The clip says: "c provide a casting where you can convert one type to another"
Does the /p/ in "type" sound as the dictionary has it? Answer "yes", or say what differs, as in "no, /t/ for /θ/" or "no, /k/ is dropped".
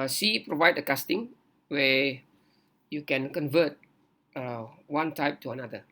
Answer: yes